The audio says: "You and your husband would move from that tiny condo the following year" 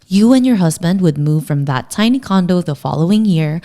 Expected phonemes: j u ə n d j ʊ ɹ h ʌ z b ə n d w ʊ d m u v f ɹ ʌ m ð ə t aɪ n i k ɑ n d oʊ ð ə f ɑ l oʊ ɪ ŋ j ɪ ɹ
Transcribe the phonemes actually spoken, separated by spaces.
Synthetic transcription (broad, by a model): j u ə n j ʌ ɹ h ʌ z b ə n d w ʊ d m u v f ɹ ʌ m ð ə t aɪ n i k ɑ n d oʊ ð ə f ɑ l oʊ ɪ ŋ j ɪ ɹ